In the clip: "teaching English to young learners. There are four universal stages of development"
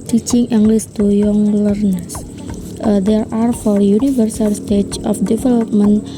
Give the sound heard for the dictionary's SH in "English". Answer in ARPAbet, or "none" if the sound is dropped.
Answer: S